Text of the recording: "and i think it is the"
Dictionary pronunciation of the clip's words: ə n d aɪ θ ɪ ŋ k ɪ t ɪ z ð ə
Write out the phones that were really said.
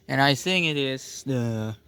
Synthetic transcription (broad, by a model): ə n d aɪ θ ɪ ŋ ɪ t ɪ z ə